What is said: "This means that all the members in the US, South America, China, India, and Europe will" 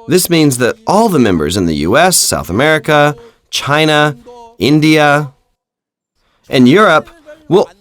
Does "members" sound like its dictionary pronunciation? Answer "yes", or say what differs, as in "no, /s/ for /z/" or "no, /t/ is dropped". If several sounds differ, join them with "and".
yes